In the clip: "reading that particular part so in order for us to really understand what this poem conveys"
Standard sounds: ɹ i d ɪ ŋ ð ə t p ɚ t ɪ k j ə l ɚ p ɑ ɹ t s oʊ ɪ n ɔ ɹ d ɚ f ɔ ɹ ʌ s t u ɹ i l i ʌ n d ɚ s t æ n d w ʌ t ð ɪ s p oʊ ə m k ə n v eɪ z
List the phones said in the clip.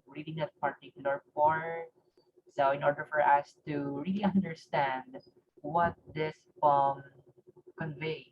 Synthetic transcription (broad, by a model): ɹ i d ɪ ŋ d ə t p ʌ t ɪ k j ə l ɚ f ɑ ɹ s oʊ ɪ n ɔ ɹ d ɚ f ɔ ɹ ʌ s t u ɹ i l i ʌ n d ɚ s t æ n d w ʌ t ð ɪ s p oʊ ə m k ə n v eɪ